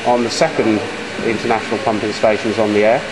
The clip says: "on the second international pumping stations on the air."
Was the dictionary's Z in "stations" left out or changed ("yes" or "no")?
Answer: no